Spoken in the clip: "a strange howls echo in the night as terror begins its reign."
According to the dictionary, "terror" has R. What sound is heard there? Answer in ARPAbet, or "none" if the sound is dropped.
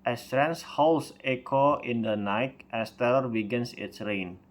L